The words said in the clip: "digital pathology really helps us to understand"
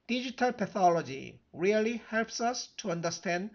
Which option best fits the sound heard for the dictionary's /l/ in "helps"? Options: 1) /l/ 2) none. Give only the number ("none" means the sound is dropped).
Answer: 1